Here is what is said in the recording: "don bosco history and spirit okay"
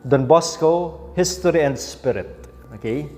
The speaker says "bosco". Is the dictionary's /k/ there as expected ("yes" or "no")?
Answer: yes